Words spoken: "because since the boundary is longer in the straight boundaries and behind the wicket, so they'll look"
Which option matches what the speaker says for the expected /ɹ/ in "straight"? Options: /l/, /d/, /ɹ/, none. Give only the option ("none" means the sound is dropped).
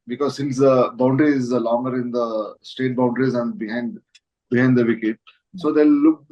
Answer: none